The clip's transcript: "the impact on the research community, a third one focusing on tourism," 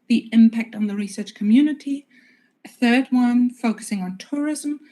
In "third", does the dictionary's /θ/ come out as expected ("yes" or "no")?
yes